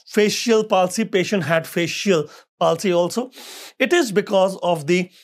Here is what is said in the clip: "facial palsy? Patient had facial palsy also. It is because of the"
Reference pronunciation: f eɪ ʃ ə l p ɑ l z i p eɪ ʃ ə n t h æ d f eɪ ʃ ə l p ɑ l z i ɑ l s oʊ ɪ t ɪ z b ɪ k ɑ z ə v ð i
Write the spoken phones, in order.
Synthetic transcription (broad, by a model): f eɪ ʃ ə l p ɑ l s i p eɪ ʃ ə n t h æ d f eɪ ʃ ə l p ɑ l s i ɑ l s oʊ ɪ t ɪ z b ɪ k ɑ z ə v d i